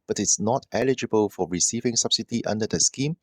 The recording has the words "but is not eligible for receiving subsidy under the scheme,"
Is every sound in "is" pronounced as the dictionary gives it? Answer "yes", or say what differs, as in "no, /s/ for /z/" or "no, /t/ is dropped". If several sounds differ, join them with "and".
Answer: no, /s/ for /z/